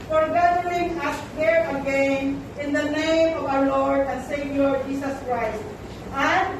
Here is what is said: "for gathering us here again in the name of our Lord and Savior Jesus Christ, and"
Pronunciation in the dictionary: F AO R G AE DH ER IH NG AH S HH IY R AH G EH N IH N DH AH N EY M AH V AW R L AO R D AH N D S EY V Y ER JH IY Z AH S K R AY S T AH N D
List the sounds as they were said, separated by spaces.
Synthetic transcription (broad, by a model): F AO R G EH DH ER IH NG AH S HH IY R AH G EH N IH N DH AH N EY M AH V AW R L AO R D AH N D S EY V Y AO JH IY S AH S K R AY S T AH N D